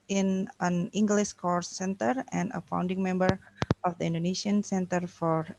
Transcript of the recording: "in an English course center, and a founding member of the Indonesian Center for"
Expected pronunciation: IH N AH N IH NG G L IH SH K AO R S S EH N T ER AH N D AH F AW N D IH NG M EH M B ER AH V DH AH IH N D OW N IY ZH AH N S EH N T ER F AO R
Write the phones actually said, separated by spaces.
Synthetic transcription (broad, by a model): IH N AH N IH NG G L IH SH K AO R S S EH N T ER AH N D AH F AW N D IH NG M EH M B ER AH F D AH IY N D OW N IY S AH N S EH N T ER F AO R